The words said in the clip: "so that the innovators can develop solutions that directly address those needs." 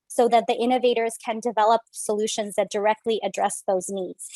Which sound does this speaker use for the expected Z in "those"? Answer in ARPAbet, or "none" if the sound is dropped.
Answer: Z